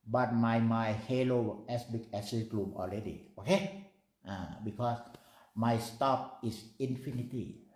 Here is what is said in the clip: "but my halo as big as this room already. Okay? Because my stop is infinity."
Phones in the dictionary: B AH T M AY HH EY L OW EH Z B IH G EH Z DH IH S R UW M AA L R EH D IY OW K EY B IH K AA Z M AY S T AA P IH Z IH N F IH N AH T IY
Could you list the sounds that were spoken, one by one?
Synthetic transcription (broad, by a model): B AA T M AY HH EY L OW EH S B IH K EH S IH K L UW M AA L R EH D IY OW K EY B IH K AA S M AY S T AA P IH S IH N F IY N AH T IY